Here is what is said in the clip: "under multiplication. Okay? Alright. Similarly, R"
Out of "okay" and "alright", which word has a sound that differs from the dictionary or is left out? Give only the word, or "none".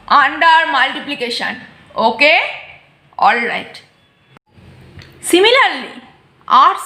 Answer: none